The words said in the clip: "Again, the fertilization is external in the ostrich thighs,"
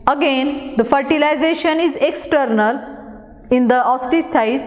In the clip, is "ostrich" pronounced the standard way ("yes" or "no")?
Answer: no